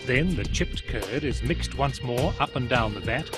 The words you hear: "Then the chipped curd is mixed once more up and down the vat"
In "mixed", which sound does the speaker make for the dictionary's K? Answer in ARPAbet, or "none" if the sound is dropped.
K